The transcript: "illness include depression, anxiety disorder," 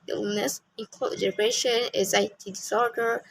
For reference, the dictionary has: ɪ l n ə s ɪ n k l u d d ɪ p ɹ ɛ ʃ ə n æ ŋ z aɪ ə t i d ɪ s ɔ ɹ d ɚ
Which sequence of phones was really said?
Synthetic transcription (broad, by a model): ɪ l n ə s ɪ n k ɔ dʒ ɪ ɹ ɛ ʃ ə n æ z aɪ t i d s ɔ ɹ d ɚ